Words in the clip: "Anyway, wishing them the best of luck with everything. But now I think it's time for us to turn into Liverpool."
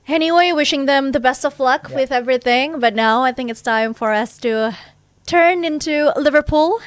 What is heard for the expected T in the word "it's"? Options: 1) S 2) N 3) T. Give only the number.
3